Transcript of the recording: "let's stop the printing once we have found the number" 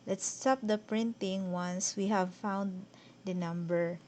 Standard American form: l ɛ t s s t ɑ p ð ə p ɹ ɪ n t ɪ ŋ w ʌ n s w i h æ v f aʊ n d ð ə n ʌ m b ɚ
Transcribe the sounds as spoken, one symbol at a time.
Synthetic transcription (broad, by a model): l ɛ t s s t ɑ p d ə p ɹ ɪ n t ɪ ŋ w ʌ n s w i h æ v f aʊ n d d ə n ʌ m b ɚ